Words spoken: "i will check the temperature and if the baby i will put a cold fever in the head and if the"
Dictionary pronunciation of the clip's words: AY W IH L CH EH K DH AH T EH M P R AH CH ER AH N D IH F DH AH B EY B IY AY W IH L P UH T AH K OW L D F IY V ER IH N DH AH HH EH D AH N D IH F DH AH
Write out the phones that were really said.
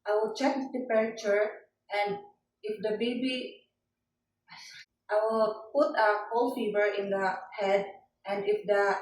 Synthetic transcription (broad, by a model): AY W IH L CH EH K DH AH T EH P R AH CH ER AH N D IH F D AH B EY B IY AY W IH L P UH T AH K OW L F IY V ER IH N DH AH HH EH D AH N D IH F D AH